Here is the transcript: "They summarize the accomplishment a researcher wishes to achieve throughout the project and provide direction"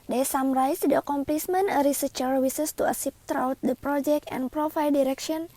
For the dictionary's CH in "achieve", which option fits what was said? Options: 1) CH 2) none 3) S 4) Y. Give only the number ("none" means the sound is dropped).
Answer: 3